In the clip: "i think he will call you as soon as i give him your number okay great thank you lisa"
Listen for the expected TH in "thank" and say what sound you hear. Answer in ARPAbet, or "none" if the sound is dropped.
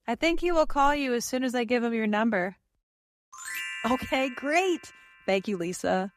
TH